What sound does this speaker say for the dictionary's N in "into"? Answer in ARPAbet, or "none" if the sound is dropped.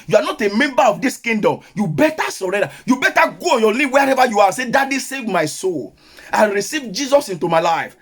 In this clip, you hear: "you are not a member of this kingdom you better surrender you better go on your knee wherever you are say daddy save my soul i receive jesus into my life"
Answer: N